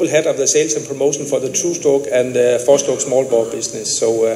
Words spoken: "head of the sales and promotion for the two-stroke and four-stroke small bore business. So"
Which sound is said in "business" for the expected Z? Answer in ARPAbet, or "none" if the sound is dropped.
S